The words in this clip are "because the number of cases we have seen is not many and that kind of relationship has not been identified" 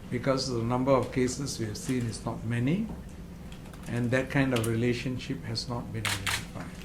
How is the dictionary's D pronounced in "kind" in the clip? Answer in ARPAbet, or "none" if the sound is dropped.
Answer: D